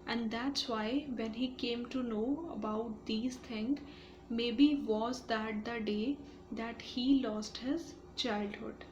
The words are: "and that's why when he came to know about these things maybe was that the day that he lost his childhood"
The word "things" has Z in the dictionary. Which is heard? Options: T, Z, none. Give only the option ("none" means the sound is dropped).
none